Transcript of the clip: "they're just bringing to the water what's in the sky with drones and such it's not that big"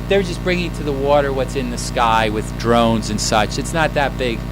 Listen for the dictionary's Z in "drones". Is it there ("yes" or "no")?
yes